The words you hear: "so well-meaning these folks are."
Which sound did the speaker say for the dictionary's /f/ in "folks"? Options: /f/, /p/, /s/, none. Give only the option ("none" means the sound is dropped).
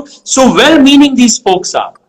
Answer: /p/